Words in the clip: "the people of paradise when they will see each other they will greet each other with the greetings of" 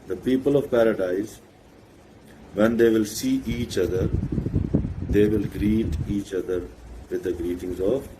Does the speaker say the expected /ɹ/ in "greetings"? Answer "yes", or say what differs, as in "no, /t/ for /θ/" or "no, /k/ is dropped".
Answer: yes